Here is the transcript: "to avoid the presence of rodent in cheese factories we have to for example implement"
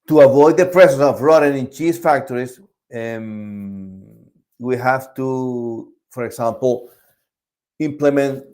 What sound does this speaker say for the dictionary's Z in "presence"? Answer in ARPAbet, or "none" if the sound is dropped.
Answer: S